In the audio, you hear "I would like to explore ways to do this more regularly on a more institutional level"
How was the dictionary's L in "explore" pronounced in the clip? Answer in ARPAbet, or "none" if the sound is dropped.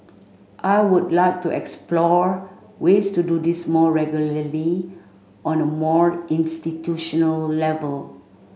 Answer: L